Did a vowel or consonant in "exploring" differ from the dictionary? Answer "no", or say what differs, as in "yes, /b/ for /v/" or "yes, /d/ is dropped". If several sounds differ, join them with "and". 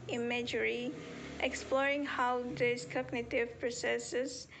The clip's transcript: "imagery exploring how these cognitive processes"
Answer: no